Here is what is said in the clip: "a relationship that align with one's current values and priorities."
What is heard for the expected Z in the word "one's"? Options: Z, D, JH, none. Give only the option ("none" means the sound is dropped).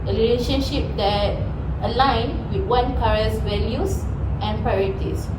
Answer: none